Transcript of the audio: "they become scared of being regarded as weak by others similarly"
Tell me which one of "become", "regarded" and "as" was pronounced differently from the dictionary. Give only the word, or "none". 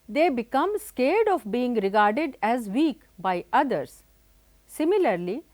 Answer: none